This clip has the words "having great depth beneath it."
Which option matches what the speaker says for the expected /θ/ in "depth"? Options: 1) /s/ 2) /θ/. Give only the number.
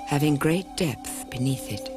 2